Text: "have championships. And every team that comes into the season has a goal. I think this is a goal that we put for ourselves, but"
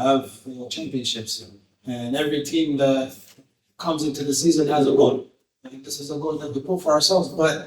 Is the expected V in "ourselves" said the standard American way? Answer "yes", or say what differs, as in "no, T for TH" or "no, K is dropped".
yes